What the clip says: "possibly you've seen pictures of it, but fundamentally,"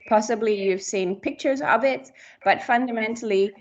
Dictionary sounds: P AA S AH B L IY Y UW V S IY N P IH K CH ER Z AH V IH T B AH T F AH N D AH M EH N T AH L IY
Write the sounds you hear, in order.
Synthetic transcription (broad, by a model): P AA S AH B L IY Y UW V S IY N P IH K CH ER Z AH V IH T B AH T F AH N D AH M EH N T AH L IY